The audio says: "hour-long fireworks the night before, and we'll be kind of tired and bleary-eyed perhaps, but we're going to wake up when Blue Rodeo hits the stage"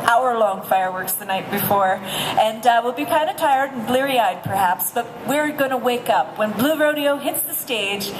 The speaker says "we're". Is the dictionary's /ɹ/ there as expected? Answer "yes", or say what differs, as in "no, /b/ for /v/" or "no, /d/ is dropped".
yes